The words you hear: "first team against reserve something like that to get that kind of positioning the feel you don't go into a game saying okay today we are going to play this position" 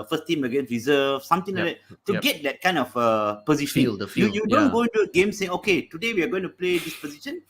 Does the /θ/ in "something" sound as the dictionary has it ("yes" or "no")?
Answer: no